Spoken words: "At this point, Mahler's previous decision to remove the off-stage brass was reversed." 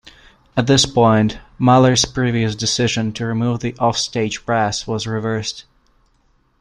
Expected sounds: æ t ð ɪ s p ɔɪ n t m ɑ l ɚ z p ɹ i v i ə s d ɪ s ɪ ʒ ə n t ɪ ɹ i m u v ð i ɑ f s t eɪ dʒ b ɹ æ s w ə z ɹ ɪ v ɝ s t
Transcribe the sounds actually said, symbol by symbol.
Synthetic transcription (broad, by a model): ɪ t ð ɪ s p ɔɪ n t m ɑ l ɚ z p ɹ i v i ə s d ɪ s ɪ ʒ ə n t ɪ ɹ i m u v ð i ɑ f s t eɪ dʒ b ɹ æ s w ə z ɹ ɪ v ɝ s t